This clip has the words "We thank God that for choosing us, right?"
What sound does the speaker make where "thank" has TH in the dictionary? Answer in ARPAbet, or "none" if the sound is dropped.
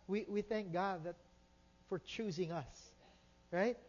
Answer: TH